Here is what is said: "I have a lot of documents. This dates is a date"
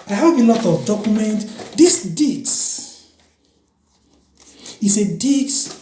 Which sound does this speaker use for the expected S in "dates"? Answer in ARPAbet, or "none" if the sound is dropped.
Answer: none